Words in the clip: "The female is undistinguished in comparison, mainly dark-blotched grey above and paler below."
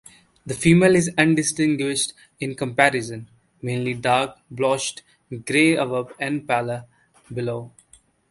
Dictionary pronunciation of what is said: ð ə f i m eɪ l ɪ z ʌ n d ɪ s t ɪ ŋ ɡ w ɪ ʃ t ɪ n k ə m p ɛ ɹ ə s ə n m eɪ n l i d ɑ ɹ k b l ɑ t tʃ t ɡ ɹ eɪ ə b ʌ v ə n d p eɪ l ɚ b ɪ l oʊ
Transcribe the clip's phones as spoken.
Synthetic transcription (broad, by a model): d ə f i m eɪ l ɪ z ʌ n d ɪ s t ɪ ŋ ɡ w ɪ ʃ t ɪ n k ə m p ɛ ɹ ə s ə n m eɪ n l i d ɑ ɹ k b l ɑ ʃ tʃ t ɡ ɹ eɪ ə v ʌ p ə n d p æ l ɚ b ɪ l oʊ